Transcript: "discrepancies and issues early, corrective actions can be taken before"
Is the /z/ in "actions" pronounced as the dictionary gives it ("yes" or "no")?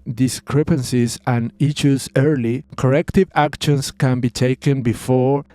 no